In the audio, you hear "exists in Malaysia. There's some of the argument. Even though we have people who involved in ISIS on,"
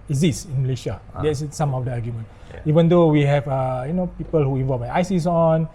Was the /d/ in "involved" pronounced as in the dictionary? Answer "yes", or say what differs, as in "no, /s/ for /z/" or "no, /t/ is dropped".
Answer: no, /d/ is dropped